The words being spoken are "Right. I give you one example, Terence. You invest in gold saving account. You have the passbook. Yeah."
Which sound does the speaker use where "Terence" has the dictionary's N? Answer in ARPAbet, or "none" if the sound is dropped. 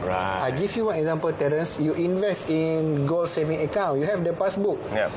N